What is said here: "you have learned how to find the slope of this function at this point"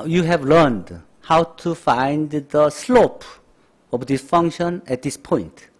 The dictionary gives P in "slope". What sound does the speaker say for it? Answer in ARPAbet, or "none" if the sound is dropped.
P